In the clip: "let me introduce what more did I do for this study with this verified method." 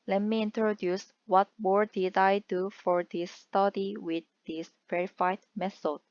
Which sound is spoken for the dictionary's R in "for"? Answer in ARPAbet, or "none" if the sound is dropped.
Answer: R